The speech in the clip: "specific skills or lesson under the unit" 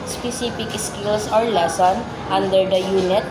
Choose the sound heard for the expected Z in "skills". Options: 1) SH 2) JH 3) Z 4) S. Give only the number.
4